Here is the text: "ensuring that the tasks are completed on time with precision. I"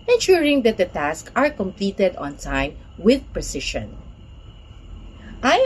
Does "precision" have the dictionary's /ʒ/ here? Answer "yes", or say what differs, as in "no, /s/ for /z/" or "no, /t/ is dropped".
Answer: no, /ʃ/ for /ʒ/